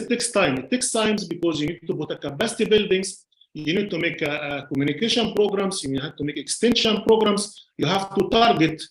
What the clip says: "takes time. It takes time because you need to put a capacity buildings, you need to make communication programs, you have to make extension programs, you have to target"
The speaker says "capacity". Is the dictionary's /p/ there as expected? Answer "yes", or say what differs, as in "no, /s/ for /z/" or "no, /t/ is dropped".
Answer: no, /b/ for /p/